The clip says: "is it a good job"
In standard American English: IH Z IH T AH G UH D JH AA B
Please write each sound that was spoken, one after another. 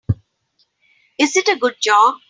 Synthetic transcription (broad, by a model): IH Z IH T AH G UH D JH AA